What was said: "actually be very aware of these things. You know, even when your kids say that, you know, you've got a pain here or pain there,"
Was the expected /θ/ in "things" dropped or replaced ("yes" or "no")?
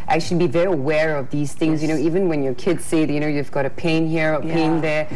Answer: no